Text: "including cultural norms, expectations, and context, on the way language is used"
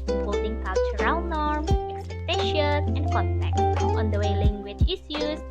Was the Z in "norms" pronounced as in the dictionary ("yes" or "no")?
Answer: no